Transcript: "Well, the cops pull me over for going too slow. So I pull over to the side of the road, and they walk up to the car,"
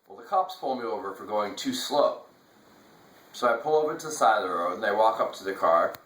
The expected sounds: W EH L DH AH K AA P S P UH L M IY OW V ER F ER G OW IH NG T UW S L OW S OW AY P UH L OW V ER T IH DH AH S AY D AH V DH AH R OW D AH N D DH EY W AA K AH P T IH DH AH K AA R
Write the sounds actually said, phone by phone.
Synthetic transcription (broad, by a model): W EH L DH AH K AA P S P UH L M IY OW V ER F ER G OW IH NG T UW S L OW S OW AY P UH L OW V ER T IH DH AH S AY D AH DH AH R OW AH N DH EY W AA K AH P T IH DH AH K AA R